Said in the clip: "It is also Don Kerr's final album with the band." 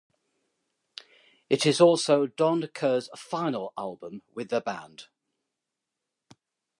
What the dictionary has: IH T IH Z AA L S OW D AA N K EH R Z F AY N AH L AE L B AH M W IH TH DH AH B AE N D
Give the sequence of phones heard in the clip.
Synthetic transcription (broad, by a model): IH T IH Z AA L S OW D AA N K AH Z F AY N AH L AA L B AH M W IH DH AH B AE N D